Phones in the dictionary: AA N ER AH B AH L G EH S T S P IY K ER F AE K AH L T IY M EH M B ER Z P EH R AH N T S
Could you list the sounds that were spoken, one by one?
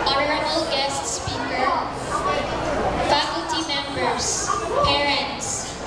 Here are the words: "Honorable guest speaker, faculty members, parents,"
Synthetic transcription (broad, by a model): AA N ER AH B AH L G EH S T S P IY K ER F AE K AH L T IY M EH M B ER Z P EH R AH N T S